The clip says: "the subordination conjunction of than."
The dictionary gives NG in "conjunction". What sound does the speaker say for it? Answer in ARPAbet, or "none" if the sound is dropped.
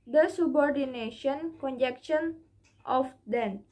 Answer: none